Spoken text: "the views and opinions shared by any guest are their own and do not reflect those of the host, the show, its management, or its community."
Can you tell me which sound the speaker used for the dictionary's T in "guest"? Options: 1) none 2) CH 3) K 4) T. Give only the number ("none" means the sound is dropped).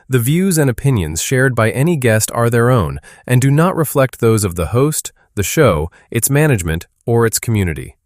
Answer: 4